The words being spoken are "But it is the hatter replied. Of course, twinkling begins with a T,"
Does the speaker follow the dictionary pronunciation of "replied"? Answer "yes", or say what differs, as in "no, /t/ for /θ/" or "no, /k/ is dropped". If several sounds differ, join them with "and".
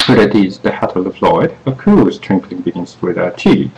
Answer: no, /l/ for /ɹ/ and /f/ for /p/